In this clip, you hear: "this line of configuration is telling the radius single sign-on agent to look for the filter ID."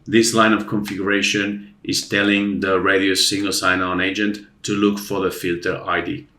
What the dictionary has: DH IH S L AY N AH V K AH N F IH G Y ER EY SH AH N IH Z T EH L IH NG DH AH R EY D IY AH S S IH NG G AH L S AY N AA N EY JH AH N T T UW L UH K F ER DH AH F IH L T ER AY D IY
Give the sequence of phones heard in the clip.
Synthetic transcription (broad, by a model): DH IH S L AY N AH V K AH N F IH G Y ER EY SH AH N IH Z T EH L IH NG DH AH R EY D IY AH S S IH NG G AH L S AY N AA N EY JH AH N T T UW L UH K F ER DH AH F IH L T ER AY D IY